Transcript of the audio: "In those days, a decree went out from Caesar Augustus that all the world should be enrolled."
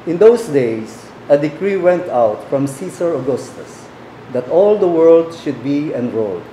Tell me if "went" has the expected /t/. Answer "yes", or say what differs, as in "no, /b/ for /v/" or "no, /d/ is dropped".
yes